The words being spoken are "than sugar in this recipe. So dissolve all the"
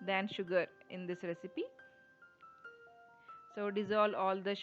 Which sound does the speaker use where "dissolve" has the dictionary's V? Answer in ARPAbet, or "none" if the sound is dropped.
none